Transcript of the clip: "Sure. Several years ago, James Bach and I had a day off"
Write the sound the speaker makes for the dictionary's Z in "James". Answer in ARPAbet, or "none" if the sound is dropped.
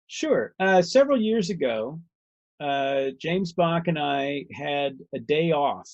Z